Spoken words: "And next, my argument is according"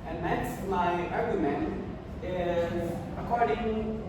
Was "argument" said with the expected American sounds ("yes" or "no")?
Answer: no